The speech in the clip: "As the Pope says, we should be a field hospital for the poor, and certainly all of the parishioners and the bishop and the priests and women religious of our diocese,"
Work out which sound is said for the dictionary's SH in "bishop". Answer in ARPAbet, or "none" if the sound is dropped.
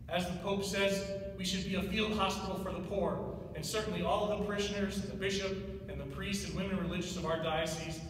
SH